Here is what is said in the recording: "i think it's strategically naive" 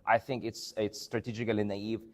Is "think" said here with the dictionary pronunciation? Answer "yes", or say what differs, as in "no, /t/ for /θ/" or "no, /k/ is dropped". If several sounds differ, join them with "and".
yes